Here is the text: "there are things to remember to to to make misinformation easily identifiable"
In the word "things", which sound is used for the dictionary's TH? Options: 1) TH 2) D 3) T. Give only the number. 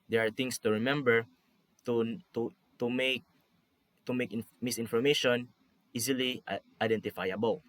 3